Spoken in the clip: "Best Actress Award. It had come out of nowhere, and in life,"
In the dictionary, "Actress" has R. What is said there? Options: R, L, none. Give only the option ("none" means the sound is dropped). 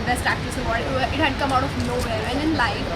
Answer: none